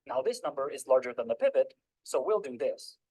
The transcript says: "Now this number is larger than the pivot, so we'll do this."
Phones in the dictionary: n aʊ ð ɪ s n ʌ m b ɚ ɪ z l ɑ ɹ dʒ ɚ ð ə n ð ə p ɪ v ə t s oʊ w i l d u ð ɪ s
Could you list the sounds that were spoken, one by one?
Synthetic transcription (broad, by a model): n aʊ ð ɪ s n ʌ m b ɚ ɪ z l ɑ ɹ dʒ ɚ ð ə n ð ə p ɪ v ə t s oʊ w i l d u ð ɪ s